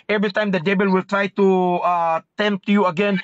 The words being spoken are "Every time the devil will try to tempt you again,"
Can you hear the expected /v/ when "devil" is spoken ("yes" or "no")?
no